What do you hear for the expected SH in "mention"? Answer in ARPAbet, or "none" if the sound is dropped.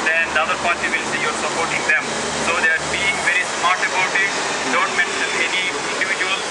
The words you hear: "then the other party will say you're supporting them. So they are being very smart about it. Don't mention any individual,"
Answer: S